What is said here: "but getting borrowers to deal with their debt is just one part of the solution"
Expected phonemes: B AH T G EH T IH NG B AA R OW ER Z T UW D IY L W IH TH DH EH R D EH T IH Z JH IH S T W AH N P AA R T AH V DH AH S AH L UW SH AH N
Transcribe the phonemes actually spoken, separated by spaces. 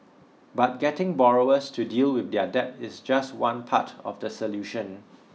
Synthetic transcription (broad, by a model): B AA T G EH T IH NG B AA R OW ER S T UW D IY L W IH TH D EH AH D EH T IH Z JH IH S T W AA N P AA T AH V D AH S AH L UW SH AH N